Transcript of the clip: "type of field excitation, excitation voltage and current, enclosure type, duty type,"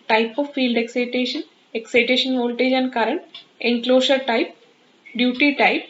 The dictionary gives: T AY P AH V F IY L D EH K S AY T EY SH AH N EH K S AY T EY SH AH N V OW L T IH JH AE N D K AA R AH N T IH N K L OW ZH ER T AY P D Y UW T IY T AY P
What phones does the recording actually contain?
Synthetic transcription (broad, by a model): T AY P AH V F IY L D EH K S AY T EY SH AH N EH K S AY T EY SH AH N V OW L T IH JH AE N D K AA R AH N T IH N K L OW SH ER T AY P D Y UW T IY T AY P